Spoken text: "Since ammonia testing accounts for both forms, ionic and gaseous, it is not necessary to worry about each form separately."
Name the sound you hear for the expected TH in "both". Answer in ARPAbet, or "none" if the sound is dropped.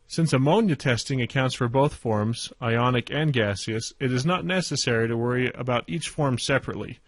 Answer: TH